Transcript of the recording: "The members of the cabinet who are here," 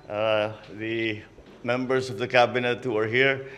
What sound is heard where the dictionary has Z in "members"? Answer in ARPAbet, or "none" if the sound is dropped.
S